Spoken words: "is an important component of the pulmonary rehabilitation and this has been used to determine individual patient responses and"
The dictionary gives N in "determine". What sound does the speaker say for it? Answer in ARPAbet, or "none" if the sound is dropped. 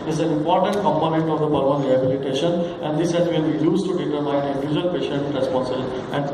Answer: none